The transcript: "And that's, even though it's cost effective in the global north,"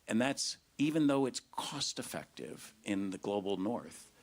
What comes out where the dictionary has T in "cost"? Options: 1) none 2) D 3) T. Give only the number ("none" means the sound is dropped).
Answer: 3